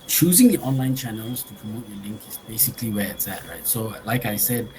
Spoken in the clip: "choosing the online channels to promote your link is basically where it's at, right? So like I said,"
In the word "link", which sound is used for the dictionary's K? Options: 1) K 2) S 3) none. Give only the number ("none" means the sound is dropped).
1